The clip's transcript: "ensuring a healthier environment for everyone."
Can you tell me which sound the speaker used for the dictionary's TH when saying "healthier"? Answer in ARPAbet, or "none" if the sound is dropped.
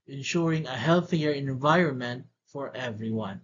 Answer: TH